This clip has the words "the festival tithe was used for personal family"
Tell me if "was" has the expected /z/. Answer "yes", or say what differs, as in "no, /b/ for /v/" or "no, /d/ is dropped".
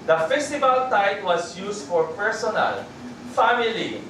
no, /s/ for /z/